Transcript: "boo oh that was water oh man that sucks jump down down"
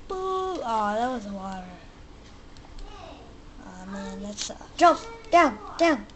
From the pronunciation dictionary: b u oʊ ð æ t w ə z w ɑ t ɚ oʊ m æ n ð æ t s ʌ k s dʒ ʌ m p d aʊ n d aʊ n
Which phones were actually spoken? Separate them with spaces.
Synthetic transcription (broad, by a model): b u oʊ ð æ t w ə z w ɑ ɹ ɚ oʊ m æ n ð æ t s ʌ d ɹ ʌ p d aʊ n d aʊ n